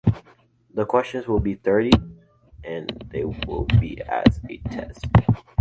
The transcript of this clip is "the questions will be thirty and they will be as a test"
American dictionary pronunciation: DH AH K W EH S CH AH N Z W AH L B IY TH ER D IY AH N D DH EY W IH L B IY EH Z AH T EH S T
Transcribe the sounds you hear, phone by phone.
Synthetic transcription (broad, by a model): DH AH K W EH S CH AH N Z W AH L B IY TH ER D IY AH N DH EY W IH L B IY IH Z AH T EH S T